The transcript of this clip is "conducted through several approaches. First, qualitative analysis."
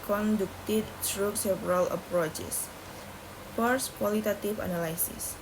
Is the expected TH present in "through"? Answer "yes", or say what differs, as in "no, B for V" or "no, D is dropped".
no, S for TH